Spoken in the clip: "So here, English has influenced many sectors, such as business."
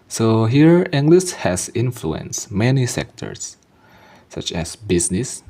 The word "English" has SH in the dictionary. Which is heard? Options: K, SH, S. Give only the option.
S